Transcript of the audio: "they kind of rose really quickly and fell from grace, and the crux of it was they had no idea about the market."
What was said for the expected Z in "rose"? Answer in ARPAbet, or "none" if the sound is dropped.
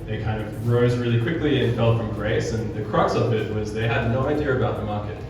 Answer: Z